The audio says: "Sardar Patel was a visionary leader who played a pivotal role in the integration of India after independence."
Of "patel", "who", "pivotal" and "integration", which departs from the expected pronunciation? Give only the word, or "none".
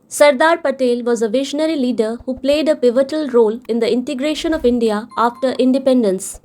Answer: none